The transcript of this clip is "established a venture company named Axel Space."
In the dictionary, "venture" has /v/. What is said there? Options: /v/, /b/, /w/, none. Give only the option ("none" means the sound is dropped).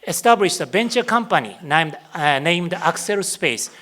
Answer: /b/